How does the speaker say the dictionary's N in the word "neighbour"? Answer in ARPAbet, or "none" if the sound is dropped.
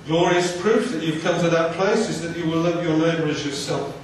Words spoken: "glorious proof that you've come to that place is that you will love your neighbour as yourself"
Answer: L